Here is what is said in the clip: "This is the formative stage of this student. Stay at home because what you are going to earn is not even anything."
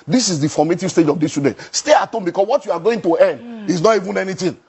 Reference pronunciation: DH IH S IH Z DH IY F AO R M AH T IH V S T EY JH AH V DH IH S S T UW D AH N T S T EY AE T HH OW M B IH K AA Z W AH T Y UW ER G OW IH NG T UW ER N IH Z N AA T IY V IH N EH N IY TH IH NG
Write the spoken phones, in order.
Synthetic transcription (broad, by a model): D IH S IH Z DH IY F AO M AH T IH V S T EY JH AH V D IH S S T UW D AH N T S T EY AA T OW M B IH K AA S W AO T Y UW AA G OW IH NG T UW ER N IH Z N AA T IY V IH N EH N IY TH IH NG